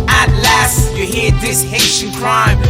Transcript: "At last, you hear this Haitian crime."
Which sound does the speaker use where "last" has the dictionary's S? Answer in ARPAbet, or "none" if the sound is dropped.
S